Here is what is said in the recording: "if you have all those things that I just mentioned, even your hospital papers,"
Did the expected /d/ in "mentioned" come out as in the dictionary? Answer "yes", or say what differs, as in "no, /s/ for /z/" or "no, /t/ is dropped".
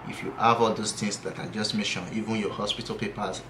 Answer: no, /d/ is dropped